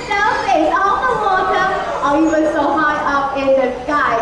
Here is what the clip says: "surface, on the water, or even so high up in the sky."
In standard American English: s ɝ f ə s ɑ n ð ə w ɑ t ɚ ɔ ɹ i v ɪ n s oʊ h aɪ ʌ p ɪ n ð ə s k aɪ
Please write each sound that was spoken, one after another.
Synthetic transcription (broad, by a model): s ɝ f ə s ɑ l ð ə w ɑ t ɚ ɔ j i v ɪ s oʊ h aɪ ʌ p ɪ n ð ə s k aɪ